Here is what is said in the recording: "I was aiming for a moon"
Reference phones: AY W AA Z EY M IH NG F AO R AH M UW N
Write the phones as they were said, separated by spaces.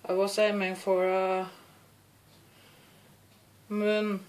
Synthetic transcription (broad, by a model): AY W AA S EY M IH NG F AO R AH M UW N